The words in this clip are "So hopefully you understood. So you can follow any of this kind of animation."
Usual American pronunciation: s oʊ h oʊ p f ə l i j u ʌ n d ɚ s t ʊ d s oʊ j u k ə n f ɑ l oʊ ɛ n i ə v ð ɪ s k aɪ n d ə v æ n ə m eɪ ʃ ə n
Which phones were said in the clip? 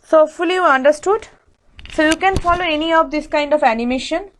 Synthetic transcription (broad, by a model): s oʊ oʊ f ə l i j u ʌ n d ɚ s t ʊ d s oʊ j u k ə n f ɑ l oʊ ɛ n i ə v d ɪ s k aɪ n d ə v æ n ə m eɪ ʃ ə n